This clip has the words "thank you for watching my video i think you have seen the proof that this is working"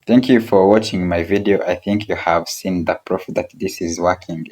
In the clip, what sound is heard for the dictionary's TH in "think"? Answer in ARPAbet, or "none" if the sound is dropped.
TH